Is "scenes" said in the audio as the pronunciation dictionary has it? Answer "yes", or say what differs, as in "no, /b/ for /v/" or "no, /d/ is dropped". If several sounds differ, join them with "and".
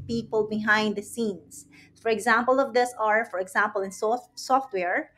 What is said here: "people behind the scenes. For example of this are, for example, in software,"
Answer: no, /s/ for /z/